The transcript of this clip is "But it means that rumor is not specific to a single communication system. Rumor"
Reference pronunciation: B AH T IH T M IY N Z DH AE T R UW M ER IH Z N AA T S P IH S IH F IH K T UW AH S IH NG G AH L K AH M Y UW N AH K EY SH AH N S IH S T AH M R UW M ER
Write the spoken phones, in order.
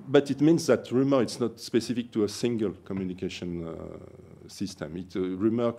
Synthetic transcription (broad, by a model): B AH T IH T M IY N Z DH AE T R UW M ER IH S N AA T S P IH S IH F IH K T UW AH S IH NG G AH L K AH M Y UW N AH K EY SH AH N S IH S T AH M R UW M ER